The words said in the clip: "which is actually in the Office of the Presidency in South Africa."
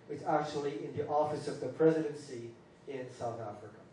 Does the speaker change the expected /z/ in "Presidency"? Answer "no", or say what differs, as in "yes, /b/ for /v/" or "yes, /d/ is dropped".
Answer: no